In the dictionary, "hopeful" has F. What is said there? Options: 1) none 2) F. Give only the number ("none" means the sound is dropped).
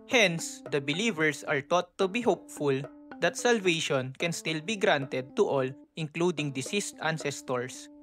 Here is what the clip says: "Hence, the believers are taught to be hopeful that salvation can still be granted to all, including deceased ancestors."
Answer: 2